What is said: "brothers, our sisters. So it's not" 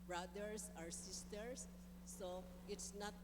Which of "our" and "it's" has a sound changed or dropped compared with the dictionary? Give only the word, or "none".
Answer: none